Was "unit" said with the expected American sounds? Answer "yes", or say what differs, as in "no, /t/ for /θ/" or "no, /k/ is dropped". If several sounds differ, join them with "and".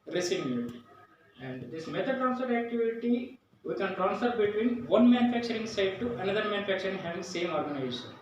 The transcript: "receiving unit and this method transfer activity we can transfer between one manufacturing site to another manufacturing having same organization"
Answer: no, /t/ is dropped